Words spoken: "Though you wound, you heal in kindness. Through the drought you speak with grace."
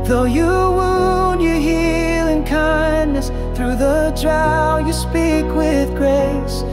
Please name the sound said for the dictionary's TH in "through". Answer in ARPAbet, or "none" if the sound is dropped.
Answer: TH